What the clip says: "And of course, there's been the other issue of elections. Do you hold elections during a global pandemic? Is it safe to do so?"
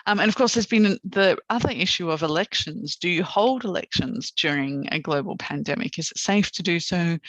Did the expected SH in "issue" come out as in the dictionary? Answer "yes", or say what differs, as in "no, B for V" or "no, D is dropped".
yes